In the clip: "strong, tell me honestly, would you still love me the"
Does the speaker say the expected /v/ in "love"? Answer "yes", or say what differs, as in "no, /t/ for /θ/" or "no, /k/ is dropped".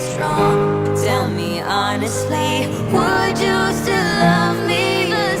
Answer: yes